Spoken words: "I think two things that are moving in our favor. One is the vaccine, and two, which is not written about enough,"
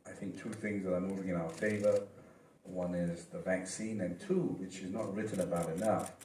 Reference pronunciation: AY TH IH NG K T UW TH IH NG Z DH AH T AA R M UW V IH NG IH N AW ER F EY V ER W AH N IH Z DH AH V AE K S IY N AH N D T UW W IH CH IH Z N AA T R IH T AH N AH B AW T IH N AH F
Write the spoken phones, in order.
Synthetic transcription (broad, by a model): AY TH IH NG K T UW TH IH NG Z DH AH T AA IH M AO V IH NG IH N AW ER F EY V ER W AH N IH Z DH AH V AE K S IY N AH N T UW W IH CH IH Z N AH T R IH T N AH B AW T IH N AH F